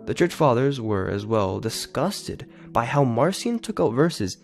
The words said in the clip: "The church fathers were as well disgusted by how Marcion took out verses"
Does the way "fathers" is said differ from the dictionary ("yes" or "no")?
no